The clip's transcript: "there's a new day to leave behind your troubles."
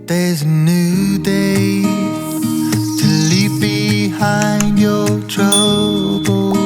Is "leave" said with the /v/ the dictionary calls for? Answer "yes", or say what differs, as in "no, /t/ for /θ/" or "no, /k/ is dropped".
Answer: no, /p/ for /v/